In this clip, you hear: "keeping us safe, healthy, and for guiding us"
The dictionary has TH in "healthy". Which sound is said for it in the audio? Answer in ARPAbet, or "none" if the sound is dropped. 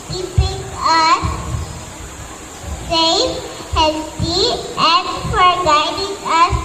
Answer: T